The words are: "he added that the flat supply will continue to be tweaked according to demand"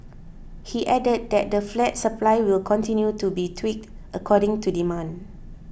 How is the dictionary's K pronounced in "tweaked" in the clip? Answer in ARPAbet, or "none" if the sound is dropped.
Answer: K